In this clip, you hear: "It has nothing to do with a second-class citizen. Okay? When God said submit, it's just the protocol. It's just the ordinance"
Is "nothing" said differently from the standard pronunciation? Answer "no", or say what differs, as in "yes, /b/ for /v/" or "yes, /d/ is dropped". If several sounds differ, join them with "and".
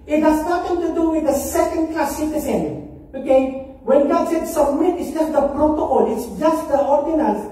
yes, /t/ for /θ/